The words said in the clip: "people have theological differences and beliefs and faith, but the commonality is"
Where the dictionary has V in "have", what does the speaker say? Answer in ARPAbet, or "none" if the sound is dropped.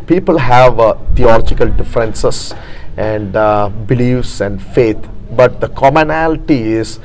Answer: V